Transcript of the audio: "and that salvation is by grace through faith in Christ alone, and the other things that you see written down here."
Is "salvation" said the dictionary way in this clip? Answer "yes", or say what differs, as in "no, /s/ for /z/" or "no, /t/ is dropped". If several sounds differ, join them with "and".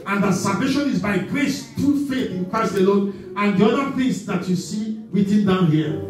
yes